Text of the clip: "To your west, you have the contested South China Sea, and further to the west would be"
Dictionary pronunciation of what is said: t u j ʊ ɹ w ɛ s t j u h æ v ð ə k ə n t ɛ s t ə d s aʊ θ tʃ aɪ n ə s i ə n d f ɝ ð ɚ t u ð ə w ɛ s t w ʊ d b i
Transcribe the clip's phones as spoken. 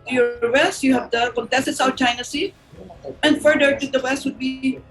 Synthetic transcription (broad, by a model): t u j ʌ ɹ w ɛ s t j u h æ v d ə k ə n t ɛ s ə s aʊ t tʃ aɪ n ə s i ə n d f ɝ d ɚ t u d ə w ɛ s t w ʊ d b i